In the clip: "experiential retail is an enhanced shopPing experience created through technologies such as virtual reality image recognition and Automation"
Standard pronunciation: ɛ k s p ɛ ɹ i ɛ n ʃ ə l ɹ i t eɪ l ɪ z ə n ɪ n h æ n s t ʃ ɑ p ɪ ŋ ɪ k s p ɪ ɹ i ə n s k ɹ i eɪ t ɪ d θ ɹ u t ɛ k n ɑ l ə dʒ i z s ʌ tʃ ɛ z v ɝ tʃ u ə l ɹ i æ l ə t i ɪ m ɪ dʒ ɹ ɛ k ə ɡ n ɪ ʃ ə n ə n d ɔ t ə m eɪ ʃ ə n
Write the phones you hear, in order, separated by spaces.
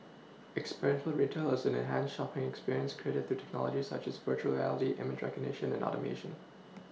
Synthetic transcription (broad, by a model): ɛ k s p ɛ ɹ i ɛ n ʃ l ɹ i t eɪ l ɪ z ə n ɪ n h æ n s ʃ ɑ p ɪ ŋ ɪ k s p ɪ ɹ i ə n s k ɹ i eɪ t ɪ d θ ɹ u t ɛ k n ɑ l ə dʒ i s ʌ tʃ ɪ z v ɝ tʃ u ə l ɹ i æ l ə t i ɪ m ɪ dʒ ɹ ɛ k ə ɡ n ɪ ʃ ə n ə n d ɔ t ə m eɪ ʃ ə n